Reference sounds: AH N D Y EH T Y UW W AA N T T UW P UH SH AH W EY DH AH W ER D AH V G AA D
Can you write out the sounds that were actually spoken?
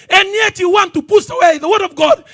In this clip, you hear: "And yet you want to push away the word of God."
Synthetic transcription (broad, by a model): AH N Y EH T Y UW W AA N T T UW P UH S AH W EY DH AH W ER D AH V G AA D